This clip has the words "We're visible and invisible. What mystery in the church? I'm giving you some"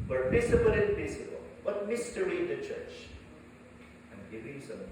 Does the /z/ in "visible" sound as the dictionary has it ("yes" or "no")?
no